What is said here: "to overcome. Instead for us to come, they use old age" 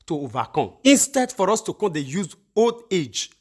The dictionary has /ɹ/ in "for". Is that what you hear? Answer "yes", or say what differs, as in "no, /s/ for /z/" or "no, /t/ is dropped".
yes